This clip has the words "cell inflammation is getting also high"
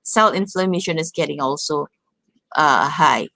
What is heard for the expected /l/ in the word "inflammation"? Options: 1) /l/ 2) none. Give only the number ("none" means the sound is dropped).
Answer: 1